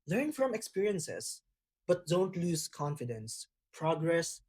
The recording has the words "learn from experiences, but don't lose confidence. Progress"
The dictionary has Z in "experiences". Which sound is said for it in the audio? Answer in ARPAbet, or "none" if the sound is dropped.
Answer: S